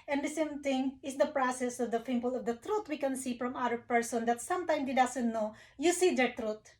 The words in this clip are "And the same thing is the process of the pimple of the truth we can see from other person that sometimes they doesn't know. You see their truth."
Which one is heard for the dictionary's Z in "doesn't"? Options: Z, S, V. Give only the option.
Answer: S